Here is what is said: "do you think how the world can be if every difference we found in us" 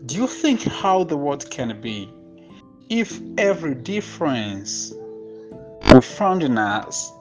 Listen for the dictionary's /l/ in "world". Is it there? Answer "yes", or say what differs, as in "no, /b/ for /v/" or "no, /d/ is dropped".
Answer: no, /l/ is dropped